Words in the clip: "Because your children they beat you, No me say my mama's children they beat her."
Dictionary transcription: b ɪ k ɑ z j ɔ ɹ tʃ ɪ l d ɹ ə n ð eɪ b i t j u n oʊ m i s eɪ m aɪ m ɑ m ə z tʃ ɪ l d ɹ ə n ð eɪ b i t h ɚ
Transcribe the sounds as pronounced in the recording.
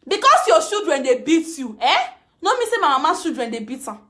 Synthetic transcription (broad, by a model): b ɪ k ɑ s j ɔ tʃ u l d ɹ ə n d eɪ b i t j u n oʊ m i s eɪ m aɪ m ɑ m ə tʃ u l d ɹ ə n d eɪ b i t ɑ